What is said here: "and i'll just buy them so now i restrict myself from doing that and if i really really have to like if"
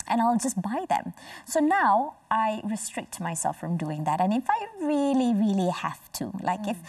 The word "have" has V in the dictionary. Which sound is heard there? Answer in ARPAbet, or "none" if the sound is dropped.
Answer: F